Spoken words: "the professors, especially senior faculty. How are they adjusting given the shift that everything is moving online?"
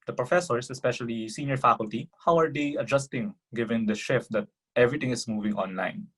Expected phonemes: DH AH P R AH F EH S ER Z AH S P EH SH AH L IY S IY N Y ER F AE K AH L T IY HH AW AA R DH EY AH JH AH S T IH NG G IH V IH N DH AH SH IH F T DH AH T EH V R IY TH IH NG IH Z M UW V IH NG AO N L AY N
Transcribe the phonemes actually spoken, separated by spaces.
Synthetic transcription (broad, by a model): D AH P R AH F EH S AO S AH S P EH SH AH L IY S IY N Y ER F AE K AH L T IY HH AW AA R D EY AH JH AH S T IH NG G IH V IH N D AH SH IH F T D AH T EH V R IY T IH NG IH S M UW V IH NG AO N L AY N